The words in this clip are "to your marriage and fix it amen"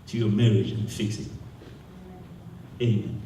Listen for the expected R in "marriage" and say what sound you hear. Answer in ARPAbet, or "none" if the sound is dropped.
R